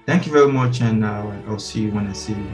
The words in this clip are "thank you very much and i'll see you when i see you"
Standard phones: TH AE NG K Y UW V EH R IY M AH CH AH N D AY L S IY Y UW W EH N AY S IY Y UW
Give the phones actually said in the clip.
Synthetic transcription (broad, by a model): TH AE NG K Y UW V EH R IY M AH CH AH N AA AY L S IY Y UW W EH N AY S IY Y